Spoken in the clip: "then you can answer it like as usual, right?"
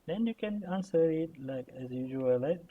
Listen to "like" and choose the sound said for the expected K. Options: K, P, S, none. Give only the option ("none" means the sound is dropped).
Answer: K